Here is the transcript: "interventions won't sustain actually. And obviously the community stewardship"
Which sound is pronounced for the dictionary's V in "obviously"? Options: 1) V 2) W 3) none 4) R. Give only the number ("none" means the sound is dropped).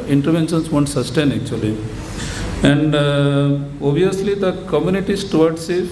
3